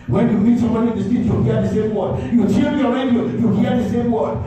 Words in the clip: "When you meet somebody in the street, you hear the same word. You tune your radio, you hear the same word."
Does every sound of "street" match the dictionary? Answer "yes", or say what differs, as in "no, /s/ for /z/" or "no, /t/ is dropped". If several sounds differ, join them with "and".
no, /ɹ/ is dropped